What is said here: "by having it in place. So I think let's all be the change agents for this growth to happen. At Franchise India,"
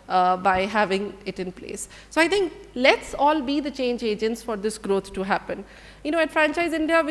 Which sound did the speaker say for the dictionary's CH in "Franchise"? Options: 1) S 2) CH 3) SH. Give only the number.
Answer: 2